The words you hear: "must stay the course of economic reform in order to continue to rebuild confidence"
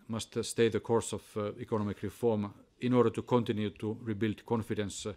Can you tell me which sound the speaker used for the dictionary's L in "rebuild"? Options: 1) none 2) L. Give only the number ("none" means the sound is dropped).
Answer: 2